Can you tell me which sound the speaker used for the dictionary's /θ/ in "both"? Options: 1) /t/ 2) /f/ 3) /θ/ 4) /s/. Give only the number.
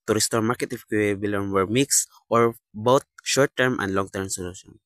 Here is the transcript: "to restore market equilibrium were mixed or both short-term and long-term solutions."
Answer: 1